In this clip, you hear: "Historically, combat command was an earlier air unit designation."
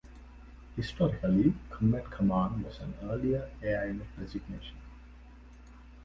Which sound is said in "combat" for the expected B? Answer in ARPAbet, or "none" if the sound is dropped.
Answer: none